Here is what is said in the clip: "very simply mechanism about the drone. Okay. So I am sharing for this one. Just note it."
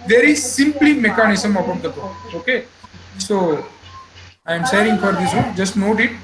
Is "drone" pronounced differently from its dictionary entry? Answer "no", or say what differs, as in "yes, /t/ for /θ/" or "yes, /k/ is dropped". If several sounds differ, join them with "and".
yes, /n/ is dropped